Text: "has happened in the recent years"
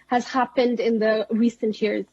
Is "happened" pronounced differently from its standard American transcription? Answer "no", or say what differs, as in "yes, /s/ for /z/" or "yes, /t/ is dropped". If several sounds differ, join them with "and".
no